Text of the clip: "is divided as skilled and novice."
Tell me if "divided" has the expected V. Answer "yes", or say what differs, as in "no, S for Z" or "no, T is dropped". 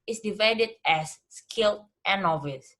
yes